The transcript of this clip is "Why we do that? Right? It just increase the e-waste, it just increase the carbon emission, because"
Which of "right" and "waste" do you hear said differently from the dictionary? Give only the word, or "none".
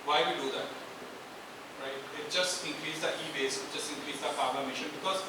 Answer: waste